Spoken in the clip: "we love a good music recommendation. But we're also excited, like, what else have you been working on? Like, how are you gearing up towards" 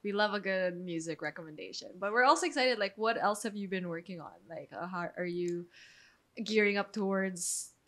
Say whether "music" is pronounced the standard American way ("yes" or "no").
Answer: yes